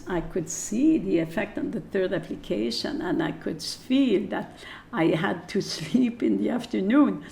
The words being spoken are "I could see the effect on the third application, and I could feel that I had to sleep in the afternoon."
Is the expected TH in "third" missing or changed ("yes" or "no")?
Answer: no